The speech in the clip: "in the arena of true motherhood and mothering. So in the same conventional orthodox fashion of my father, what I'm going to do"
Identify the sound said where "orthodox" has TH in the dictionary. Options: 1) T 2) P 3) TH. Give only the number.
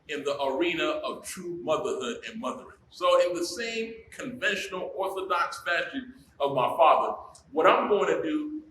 3